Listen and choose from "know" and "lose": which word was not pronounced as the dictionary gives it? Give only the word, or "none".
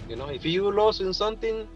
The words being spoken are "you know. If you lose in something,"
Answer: lose